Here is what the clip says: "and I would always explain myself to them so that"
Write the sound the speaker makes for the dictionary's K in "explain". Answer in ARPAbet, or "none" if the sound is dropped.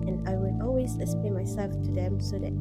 none